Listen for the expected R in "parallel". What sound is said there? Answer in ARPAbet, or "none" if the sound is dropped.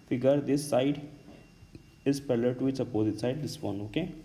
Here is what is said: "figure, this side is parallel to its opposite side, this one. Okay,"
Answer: L